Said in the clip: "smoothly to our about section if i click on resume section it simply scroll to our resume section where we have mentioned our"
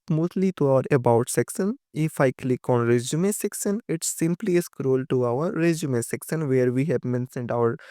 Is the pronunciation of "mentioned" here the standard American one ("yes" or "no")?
no